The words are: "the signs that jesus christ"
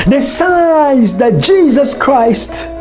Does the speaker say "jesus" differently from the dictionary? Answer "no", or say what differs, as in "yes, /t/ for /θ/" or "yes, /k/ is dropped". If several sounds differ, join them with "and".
no